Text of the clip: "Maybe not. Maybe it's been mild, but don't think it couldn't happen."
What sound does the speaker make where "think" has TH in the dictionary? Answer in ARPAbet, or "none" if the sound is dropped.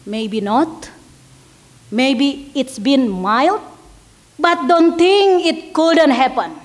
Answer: T